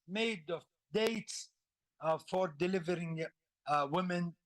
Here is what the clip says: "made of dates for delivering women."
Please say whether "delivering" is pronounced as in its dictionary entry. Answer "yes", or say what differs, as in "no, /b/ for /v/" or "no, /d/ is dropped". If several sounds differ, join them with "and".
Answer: yes